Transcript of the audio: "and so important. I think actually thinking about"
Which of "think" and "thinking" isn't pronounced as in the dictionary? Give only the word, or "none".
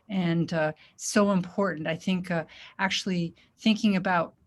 none